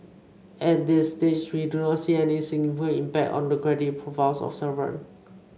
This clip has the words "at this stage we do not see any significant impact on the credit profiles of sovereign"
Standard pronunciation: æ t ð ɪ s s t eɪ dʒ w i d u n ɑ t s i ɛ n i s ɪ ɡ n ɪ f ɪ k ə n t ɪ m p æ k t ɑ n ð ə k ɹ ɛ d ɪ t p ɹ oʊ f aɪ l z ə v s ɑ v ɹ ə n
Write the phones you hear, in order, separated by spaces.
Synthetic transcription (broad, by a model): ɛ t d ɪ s s t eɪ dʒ w i d u n ɑ t s i ɛ n i s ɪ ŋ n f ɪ ə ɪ m p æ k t ɑ n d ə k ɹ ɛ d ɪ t p ɹ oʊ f aɪ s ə f s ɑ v ə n